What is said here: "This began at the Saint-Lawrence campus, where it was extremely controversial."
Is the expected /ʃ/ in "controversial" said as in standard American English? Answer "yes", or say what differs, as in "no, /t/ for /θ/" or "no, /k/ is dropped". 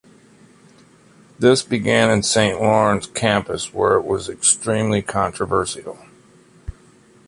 no, /s/ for /ʃ/